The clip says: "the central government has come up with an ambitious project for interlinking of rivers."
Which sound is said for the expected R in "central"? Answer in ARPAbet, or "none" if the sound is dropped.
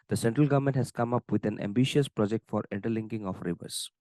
R